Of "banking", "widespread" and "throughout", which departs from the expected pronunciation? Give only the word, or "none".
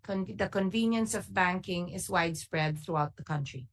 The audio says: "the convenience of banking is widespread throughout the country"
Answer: none